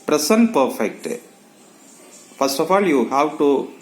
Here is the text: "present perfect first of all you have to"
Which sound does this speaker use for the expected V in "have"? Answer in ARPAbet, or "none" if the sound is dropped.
W